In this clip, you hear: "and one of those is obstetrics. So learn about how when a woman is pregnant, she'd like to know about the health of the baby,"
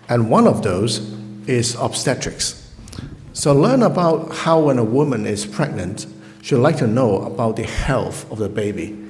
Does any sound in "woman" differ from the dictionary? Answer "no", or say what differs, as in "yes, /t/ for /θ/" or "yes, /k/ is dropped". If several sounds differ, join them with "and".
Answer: no